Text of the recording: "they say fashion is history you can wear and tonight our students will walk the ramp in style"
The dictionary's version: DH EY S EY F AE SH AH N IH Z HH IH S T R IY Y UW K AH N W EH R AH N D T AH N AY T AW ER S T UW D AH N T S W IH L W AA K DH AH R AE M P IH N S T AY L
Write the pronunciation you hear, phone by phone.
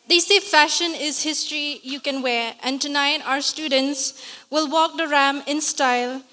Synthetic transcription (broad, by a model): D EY S EY F AE SH AH N IH Z HH IH S T R IY Y UW K AH N W EH R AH N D T AH N AY T AW ER S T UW D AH N T S W IH L W AA K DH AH R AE M IH N S T AY L